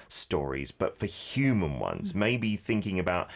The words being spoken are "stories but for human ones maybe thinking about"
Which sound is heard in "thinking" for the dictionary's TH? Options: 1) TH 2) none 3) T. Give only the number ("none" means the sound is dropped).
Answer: 1